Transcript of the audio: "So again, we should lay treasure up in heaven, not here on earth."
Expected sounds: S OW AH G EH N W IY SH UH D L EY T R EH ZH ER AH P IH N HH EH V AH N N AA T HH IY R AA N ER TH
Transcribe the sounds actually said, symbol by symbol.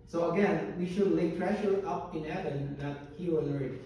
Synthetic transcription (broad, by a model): S OW AH G EH N W IY SH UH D L EY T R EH SH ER AH P IH N HH EH V AH N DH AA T HH IY W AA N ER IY